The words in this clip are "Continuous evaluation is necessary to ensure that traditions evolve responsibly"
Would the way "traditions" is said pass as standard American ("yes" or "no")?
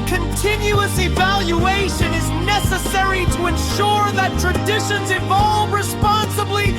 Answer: yes